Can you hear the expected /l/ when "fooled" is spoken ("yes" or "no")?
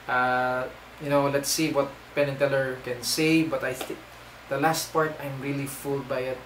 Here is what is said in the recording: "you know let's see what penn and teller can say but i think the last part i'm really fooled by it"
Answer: yes